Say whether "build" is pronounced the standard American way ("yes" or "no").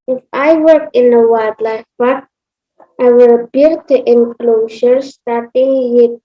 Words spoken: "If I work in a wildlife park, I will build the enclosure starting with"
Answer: no